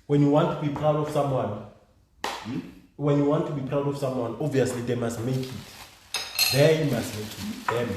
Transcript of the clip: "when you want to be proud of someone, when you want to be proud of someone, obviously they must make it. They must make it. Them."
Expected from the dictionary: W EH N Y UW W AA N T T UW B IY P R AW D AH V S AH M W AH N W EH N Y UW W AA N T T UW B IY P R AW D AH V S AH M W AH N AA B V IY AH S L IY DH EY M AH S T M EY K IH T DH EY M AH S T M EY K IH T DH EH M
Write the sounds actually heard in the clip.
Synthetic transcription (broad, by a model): W EH N Y UW W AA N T T UW B IY P R AW D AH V S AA M W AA N W EH N Y UW W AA N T T UW B IY P R AW D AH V S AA M W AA N AA B V IY AH S L IY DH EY M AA S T M EY K IH T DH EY M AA S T M EY K IH T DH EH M